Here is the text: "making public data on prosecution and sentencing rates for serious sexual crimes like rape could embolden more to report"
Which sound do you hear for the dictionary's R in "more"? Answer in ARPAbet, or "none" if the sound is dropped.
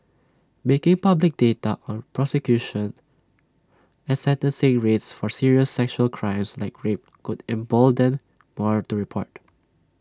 R